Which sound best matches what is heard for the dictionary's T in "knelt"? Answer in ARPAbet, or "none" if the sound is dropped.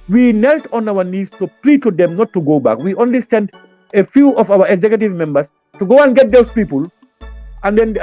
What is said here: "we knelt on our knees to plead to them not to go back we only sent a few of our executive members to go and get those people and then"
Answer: T